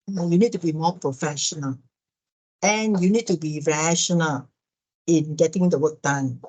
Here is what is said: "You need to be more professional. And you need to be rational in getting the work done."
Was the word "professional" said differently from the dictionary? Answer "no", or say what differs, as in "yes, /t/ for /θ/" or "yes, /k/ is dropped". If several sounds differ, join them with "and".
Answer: no